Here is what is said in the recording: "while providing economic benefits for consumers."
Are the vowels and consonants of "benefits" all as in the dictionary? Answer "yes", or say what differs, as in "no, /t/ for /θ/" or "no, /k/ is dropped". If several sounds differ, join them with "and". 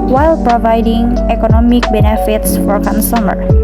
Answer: yes